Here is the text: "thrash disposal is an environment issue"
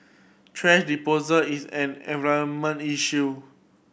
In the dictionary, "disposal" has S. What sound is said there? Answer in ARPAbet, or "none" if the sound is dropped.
none